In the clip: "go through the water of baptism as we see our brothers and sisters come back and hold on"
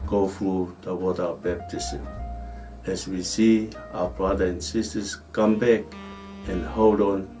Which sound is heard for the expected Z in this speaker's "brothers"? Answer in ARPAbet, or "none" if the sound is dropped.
none